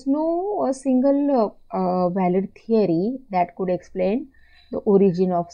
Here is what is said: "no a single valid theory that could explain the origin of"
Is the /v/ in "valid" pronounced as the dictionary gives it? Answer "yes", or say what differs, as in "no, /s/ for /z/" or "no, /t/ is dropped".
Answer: yes